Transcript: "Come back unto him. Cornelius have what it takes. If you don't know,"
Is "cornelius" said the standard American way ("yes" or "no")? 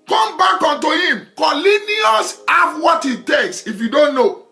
no